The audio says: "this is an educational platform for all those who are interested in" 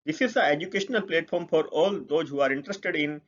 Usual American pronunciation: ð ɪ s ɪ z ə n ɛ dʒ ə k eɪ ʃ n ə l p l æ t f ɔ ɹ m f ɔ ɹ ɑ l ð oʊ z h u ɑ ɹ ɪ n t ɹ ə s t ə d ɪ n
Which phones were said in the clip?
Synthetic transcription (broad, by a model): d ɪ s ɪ s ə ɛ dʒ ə k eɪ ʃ n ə l p l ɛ t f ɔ ɹ m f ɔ ɹ ɑ l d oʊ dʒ h u ɑ ɹ ɪ n t ɹ ə s t ə d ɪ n